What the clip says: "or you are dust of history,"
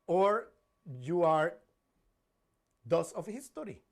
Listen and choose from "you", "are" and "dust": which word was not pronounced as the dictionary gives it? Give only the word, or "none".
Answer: dust